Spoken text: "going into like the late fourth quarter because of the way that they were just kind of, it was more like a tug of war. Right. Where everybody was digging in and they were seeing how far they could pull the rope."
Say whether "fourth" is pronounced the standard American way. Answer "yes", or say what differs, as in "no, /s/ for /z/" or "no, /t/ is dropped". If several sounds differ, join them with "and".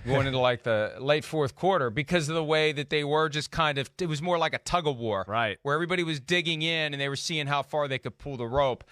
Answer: yes